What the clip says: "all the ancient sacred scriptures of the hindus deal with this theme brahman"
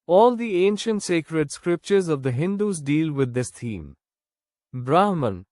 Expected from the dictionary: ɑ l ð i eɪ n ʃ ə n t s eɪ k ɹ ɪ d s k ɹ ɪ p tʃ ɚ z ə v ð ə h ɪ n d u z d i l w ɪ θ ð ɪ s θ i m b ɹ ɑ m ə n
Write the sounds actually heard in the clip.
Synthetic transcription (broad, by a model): ɑ l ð i eɪ n ʃ ə n t s eɪ k ɹ ɪ d s k ɹ ɪ p tʃ ɚ z ə v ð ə h ɪ n d u z d i l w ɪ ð ɪ s t i m b ɹ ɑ m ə n